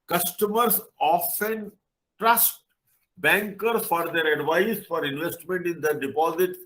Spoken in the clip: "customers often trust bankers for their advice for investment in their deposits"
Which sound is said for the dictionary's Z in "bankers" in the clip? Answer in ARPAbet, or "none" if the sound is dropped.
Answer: none